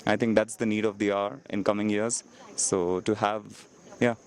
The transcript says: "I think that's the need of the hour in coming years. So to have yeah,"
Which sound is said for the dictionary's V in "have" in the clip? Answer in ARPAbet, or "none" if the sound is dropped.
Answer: V